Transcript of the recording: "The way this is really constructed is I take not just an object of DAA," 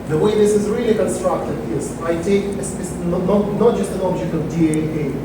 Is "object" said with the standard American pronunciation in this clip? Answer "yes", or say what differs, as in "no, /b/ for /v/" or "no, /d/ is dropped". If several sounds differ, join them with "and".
yes